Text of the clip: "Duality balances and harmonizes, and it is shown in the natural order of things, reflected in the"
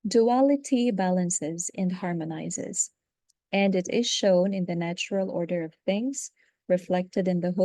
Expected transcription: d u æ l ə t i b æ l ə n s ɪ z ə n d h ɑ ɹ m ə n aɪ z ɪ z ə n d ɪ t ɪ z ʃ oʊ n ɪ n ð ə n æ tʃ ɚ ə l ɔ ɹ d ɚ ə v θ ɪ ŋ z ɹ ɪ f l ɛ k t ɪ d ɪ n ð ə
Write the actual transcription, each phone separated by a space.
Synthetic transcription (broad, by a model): d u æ l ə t i b æ l ə n s ɪ z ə n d h ɑ ɹ m ə n aɪ z ɪ z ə n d ɪ t ɪ z ʃ oʊ n ɪ n ð ə n æ tʃ ɚ ə l ɔ ɹ d ɚ ə v θ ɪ ŋ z ɹ ɪ f l ɛ k t ɪ d ɪ n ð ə